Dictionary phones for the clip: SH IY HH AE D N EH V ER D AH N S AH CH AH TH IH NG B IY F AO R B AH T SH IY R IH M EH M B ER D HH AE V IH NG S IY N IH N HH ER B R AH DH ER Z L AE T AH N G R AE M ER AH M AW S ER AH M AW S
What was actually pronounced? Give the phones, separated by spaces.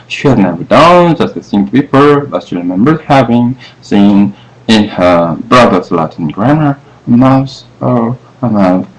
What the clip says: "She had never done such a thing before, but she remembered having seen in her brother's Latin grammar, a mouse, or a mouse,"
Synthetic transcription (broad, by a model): SH IY HH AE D N EH V ER D AH N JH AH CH AH S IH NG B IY P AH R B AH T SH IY R IH M EH M B ER D HH AE V IH NG S IY N IH N HH ER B R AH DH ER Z L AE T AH N G R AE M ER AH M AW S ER AH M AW